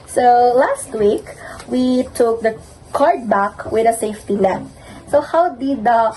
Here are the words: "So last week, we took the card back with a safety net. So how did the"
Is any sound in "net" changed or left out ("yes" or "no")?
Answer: yes